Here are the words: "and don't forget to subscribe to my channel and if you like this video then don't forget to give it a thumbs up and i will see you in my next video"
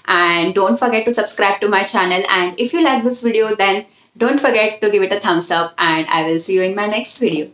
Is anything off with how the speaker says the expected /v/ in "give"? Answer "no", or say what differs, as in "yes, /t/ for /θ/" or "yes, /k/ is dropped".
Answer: no